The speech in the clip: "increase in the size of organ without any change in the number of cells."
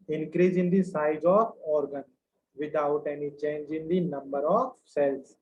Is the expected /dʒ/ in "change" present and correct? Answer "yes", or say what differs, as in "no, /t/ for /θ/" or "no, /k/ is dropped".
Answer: yes